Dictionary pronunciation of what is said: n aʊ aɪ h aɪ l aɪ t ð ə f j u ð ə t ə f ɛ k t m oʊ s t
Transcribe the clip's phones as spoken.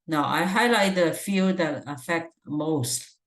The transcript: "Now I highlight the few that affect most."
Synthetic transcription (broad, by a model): n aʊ aɪ h aɪ l aɪ t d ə f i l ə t ə f ɛ k t m oʊ s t